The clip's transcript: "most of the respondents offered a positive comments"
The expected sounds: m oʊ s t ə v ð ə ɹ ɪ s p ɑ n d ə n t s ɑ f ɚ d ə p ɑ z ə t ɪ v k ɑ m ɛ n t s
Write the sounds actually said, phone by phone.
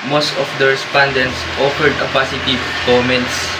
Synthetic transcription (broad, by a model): m oʊ s t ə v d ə ɹ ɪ s p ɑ n d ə n t s ɑ f ɚ d ə p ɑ s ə t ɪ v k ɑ m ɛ n t s